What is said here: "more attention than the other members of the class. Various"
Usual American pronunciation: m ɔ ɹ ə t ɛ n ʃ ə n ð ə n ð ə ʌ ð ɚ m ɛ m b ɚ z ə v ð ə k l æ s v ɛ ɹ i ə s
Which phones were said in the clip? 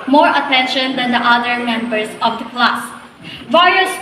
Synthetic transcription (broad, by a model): m ɔ ɹ ə t ɛ n ʃ ə n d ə n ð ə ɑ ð ɚ m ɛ m b ɚ s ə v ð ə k l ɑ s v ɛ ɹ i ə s